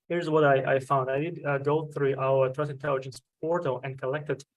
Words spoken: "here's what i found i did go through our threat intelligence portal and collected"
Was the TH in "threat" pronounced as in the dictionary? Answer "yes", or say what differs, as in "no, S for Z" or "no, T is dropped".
no, T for TH